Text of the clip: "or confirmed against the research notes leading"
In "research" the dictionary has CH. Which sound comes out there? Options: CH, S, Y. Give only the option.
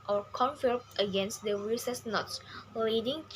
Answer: S